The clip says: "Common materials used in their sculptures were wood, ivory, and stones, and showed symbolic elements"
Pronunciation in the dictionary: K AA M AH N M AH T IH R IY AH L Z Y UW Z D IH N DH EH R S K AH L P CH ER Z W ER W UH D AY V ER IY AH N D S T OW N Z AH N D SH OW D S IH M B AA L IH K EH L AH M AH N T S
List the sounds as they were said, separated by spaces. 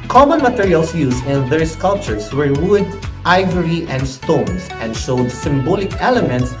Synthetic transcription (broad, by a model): K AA M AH N M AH T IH R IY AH L S Y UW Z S IH N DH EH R S K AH L P CH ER S W ER W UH D AY V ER IY AH N D S T OW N S AH N D SH OW D S IH M B AA L IH K EH L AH M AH N T S